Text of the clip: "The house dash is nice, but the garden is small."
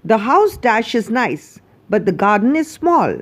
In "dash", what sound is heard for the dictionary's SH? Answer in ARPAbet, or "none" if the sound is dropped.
SH